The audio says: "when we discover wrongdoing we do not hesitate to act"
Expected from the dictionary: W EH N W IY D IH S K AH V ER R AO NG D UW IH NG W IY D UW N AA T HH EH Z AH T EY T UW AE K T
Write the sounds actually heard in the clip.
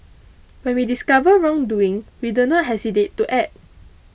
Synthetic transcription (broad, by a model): W EH N W IY D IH S K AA V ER R AO NG D UW IH NG W IY D UW N AA T HH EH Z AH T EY T UW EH T